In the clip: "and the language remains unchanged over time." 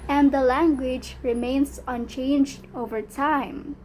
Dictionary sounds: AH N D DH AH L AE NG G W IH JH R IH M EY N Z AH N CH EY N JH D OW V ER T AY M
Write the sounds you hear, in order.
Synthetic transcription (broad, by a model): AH N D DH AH L AE NG G W IH JH R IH M EY N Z AH N CH EY N JH D OW V ER T AY M